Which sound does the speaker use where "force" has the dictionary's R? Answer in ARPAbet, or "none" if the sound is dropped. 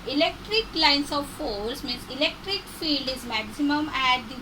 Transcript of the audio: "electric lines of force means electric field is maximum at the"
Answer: L